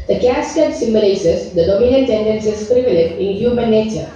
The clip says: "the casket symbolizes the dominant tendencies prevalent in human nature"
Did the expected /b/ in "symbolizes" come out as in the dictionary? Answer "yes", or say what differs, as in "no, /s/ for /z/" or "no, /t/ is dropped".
no, /b/ is dropped